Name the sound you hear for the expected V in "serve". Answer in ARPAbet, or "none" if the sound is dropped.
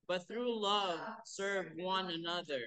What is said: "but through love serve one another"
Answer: V